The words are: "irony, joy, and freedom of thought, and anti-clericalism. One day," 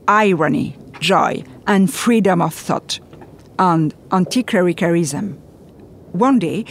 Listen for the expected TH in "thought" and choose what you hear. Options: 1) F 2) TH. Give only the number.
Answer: 2